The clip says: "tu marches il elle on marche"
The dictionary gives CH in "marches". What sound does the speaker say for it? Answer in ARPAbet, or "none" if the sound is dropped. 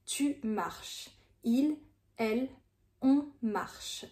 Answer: SH